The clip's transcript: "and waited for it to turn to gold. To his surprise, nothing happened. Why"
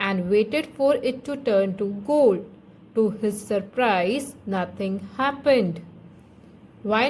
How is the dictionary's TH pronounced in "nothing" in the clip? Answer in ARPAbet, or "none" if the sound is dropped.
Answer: T